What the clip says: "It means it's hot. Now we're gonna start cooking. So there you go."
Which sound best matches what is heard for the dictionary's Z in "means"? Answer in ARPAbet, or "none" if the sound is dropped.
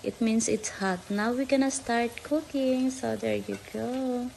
S